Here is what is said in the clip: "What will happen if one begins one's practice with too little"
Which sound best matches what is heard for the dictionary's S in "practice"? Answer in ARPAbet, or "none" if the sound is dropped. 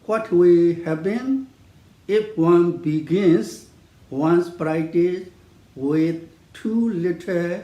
none